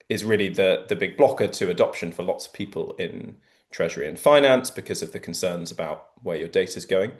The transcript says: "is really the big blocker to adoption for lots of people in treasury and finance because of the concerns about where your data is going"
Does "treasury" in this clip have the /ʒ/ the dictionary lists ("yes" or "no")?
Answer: yes